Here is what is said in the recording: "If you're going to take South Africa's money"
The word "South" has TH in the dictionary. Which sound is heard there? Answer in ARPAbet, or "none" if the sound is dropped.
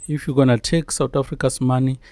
T